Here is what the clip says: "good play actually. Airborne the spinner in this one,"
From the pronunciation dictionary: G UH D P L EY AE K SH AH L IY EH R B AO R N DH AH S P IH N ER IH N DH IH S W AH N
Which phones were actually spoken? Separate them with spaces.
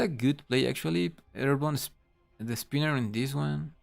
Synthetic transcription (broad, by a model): G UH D P L EY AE K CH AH L IY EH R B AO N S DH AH S P IH N ER IH N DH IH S W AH N